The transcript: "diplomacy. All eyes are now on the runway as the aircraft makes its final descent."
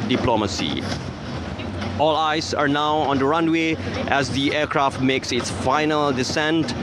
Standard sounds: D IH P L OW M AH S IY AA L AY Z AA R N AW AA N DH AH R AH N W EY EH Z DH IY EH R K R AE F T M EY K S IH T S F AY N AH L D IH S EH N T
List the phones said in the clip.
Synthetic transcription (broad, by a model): D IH P L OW M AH S IY AA L AY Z AA R N AW AA N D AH R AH N W EY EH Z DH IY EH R K R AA F T M EY K S IH T S F AY N AH L D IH S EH N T